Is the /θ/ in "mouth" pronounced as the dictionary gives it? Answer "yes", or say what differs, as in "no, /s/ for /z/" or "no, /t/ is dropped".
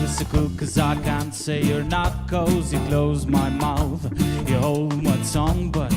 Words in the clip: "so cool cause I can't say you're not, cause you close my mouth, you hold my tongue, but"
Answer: yes